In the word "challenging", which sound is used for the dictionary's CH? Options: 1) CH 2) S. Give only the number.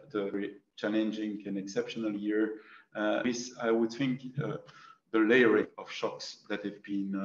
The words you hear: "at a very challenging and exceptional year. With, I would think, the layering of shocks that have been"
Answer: 1